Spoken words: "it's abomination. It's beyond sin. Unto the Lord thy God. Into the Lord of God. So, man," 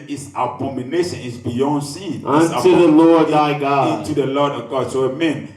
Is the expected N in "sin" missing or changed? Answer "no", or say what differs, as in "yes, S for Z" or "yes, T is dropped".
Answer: yes, N is dropped